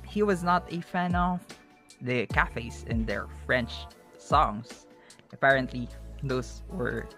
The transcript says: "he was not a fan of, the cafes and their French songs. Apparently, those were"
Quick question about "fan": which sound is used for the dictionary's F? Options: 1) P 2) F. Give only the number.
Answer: 2